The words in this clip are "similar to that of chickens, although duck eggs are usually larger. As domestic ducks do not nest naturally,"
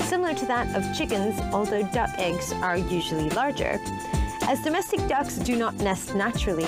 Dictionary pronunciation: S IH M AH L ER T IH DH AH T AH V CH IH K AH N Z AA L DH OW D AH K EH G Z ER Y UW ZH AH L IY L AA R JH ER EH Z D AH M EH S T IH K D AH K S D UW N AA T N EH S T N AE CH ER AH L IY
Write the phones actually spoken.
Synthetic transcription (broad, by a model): S IH M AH L ER T IH DH AH T AH V CH IH K AH N Z AA L DH OW D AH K EH G Z ER Y UW ZH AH L IY L AA R JH ER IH Z D AH M EH S T IH K D AH K S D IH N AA T N EH S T N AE CH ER L IY